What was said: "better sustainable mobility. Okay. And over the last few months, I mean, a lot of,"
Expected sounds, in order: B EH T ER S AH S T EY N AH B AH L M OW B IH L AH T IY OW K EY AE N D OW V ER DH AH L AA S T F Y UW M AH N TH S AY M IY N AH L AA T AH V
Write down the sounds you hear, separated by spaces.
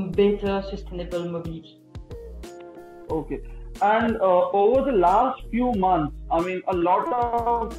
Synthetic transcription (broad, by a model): B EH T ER S AH S T EY N AH B AH L M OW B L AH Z OW K EY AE N D OW V ER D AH L AA S T F Y UW M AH N T S AY M IY N AH L AA T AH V